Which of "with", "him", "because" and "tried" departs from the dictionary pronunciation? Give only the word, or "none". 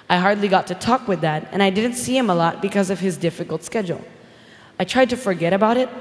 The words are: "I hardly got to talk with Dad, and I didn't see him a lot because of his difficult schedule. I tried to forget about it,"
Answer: none